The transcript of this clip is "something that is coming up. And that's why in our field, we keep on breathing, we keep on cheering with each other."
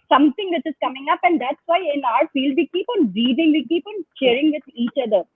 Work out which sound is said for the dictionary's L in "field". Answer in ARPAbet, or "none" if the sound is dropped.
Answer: L